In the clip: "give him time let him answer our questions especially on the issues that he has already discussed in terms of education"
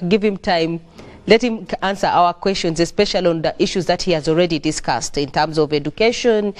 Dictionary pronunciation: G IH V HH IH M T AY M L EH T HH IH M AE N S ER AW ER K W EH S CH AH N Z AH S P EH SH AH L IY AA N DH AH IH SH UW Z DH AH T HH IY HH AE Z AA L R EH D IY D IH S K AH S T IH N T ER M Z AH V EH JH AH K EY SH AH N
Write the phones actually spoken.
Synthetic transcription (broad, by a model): G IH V HH IH M T AY M L EH T HH IH M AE N S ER AW ER K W EH S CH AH N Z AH S P EH SH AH L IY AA N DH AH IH SH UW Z DH AH T HH IY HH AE Z AA L R EH D IY D IH S K AH S T IH N T ER M Z AH V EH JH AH K EY SH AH N